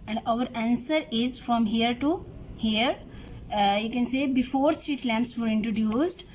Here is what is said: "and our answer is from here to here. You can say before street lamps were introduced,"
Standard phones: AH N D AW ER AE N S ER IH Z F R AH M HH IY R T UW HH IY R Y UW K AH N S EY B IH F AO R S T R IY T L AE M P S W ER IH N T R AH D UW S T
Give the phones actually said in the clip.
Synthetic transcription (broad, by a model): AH N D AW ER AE N S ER IH Z F R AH M HH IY R T UW HH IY R Y UW K AH N S EY B IH F AO R S T R IY T L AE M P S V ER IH N T R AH D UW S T